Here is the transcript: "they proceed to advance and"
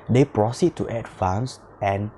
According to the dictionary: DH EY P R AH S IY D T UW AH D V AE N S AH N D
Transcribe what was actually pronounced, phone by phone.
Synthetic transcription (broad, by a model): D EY P R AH S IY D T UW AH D F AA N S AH N